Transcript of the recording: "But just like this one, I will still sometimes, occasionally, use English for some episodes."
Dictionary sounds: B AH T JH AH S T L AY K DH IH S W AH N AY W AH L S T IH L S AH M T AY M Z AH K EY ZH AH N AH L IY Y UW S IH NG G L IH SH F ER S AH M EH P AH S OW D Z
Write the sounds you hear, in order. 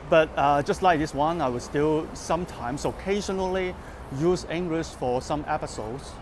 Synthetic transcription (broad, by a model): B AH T JH AH S T L AY K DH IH S W AH N AY W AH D S T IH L S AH M T AY M S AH K EY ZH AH N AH L IY Y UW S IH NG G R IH S F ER S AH M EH P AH S OW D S